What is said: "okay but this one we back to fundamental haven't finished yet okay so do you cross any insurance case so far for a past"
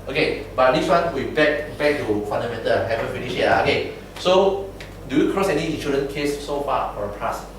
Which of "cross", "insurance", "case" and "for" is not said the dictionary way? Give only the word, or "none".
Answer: insurance